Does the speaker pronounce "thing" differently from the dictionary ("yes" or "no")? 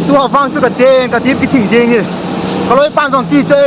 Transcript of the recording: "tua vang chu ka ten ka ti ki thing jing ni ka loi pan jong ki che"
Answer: yes